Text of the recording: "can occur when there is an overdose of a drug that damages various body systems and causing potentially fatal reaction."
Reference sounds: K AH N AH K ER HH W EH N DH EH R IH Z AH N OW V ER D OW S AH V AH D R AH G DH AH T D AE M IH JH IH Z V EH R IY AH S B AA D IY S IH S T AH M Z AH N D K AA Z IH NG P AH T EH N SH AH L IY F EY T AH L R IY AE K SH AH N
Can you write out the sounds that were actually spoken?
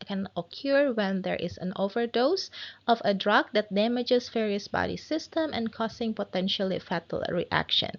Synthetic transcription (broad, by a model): K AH N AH K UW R W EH N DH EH R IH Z AH N OW V ER D OW S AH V AH D R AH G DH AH T D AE M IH JH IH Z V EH R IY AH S B AA D IY S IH S T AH M AH N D K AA S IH NG P AH T EH N SH AH L IY F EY T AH L R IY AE K SH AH N